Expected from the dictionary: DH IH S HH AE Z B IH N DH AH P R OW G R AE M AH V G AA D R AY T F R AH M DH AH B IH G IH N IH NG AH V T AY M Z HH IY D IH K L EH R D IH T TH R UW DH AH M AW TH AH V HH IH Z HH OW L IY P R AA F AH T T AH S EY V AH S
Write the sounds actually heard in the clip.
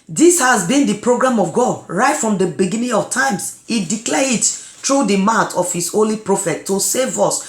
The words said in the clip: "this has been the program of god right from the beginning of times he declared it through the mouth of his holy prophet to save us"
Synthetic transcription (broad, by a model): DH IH S HH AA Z B IH N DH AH P R OW G R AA M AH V G AA D R AY T F R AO M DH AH B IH G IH N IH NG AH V T AY M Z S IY D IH K L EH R IH T T R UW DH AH M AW T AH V HH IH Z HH OW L IY P R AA F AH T T AH S EY V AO S